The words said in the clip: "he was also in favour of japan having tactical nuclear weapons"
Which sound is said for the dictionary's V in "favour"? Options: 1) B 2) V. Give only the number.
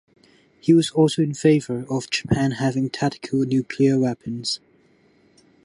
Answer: 2